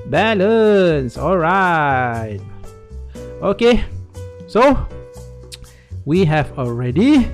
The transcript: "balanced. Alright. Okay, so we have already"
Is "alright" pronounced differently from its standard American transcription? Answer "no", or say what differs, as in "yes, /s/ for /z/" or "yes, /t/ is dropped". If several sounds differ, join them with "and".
no